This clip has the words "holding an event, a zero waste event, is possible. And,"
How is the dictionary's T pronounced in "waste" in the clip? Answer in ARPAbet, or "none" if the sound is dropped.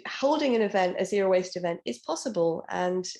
T